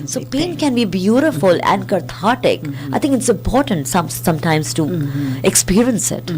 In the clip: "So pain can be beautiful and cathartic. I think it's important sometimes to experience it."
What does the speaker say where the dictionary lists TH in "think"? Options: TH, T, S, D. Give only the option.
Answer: T